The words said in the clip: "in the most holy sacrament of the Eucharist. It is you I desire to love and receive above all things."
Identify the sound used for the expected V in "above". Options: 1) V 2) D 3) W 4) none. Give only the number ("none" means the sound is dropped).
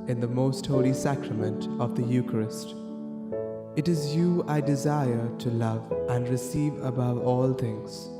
1